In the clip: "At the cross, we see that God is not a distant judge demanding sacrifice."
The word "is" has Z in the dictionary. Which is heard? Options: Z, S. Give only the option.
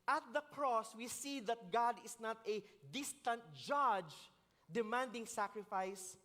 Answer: S